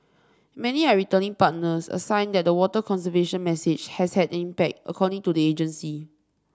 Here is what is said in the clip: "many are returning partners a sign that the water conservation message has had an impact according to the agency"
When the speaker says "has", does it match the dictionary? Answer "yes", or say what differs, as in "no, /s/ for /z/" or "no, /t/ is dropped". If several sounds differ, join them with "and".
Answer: no, /s/ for /z/